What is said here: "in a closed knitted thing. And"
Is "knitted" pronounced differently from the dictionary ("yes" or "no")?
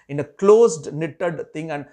no